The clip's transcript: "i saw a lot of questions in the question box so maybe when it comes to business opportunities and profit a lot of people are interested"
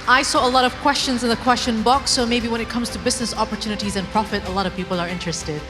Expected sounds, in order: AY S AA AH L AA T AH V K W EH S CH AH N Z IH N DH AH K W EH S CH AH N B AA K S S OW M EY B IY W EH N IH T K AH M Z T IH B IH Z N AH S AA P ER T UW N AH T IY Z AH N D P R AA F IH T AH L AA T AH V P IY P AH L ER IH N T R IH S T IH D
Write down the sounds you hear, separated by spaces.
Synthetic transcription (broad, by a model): AY S AA AH L AA T AH V K W EH S CH AH N Z IH N DH AH K W EH S CH AH N B AA K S S OW M EY B IY W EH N IH T K AH M Z T IH B IH Z N AH S AA P ER T UW N AH T IY Z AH N P R AA F IH T AH L AA T AH V P IY P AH L ER IH N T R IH S T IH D